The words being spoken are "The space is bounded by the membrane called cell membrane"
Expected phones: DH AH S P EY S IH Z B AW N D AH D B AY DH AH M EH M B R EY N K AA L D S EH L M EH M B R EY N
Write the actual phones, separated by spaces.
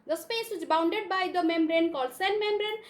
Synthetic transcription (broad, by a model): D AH S P EY S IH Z B AW N D AH D B AY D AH M EH M B R EY N K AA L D S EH N M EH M B R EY N